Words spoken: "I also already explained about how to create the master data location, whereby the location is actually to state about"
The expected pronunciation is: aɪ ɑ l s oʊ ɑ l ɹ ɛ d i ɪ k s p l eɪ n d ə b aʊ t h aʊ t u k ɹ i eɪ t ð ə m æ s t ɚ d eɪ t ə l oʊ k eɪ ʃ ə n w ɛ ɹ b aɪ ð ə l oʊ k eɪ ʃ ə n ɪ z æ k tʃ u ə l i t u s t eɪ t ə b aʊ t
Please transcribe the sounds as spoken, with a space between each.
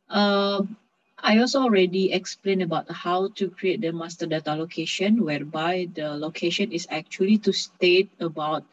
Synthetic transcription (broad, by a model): aɪ ɑ l s oʊ ɑ l ɹ ɛ d i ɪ k s p l eɪ n ə b aʊ t h aʊ t u k ɹ i eɪ t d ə m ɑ s t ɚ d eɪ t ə l oʊ k eɪ ʃ ə n w ɛ ɹ b aɪ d ə l oʊ k eɪ ʃ ə n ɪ s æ k tʃ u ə l i t u s t eɪ t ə b aʊ t